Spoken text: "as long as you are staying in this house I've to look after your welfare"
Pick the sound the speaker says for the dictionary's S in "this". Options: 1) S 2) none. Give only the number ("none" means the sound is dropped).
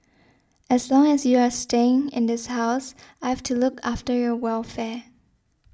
1